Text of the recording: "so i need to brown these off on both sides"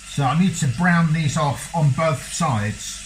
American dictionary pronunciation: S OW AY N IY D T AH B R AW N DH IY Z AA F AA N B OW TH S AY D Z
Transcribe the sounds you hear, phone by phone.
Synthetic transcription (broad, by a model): S OW AY N IY D T AH B R AW N DH IY Z AA F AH N B OW TH S AY D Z